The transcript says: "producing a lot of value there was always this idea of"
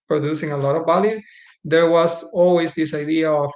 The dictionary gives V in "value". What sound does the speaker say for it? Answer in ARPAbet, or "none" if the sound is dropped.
B